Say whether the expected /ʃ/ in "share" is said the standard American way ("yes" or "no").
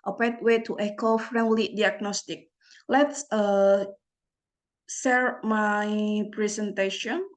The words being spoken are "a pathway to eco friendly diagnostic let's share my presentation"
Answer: no